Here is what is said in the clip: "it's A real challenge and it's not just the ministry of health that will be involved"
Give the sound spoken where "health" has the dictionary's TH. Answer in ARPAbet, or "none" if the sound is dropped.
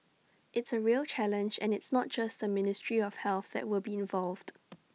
TH